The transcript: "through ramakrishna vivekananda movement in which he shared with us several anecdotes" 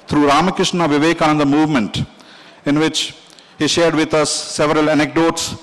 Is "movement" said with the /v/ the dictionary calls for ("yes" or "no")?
yes